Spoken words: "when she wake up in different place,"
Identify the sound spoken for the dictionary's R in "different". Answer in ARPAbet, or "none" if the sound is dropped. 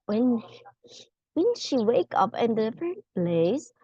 none